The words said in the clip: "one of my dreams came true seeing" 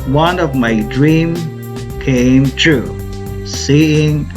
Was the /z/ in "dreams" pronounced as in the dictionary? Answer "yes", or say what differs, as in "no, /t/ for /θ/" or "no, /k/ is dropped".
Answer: no, /z/ is dropped